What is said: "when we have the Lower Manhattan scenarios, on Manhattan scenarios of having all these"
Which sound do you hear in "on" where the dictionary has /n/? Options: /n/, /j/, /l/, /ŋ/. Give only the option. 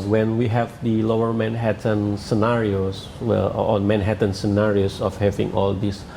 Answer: /l/